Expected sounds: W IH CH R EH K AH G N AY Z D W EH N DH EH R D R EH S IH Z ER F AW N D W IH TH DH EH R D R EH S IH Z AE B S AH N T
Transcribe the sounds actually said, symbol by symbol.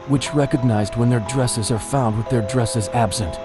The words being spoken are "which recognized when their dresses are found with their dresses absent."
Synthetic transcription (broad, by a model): W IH CH R EH K AH G N AY Z D W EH N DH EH R D R EH S IH Z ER F AW N D W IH DH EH R D R EH S IH Z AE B S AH N T